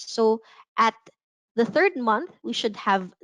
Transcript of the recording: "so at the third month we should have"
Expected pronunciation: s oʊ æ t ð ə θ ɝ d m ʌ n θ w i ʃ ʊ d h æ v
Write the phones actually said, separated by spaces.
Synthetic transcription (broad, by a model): s oʊ æ t ð ə θ ɝ d m ʌ n θ w i ʃ ʊ d h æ v